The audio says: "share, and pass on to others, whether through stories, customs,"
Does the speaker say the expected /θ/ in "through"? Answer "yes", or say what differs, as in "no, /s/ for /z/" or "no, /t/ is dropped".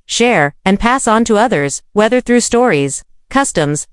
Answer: yes